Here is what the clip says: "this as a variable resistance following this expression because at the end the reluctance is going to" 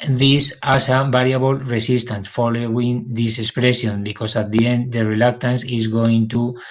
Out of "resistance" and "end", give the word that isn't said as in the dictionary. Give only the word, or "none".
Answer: resistance